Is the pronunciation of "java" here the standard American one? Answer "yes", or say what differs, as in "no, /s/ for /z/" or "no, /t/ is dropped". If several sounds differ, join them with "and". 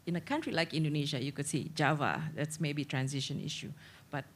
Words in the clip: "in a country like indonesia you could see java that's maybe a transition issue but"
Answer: yes